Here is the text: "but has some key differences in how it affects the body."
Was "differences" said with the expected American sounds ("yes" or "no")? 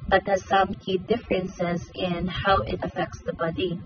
yes